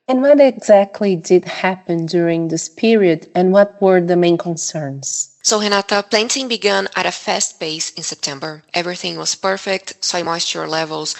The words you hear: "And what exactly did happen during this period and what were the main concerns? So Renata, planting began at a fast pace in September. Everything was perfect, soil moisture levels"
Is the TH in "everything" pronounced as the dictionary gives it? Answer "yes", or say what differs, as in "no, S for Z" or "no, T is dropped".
yes